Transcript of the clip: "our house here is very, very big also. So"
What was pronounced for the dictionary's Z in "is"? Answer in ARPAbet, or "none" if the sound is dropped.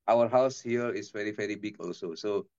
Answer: S